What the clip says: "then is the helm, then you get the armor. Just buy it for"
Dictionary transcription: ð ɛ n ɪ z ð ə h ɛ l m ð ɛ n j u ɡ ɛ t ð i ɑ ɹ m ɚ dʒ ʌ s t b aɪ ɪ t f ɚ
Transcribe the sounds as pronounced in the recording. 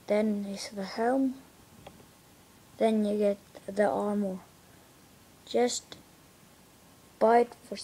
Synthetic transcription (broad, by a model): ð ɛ n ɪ s ð ə h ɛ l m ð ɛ n j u ɡ ɛ t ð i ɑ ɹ m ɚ dʒ ʌ s t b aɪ ɪ t f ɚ